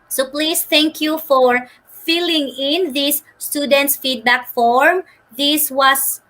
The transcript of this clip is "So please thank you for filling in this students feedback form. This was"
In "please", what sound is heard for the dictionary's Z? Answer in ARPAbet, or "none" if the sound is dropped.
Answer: S